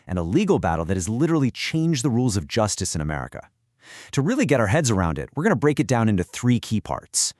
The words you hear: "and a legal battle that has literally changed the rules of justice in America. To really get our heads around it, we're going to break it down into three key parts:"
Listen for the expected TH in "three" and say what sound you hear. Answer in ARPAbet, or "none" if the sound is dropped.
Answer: TH